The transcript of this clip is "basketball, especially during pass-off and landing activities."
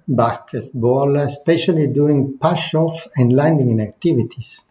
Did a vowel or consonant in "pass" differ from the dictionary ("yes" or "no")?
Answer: yes